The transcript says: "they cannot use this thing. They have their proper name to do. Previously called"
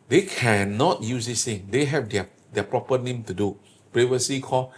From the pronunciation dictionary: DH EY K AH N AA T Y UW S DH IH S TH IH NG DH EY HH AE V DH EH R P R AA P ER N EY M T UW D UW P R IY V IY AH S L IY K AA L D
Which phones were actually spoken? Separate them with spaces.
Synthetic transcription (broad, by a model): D EY K AH N AA T Y UW S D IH S T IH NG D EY HH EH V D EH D P R AA P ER N EY M T UW D UW P R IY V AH S IY K AA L